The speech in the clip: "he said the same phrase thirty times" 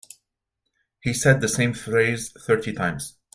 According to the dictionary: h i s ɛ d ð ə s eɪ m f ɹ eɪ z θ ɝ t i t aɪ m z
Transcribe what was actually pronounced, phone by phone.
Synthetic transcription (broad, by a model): h i s ɛ d ð ə s eɪ m f ɹ eɪ z θ ɝ t i t aɪ m z